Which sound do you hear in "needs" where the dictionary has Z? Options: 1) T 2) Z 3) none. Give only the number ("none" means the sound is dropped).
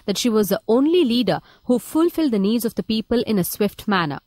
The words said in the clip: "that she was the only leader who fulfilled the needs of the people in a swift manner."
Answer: 2